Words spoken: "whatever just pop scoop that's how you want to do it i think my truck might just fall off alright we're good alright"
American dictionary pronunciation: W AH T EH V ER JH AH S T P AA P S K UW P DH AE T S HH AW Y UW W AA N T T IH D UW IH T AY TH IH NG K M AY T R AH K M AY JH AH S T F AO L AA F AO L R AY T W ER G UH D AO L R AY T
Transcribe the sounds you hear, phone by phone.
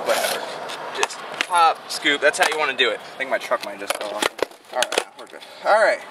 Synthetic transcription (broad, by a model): W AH T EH V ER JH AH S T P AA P S K UW P DH AE T S HH AW Y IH W AA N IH D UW IH T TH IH NG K M AY T R AH K M AY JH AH S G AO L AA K AO L R AY T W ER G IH AO L R AY T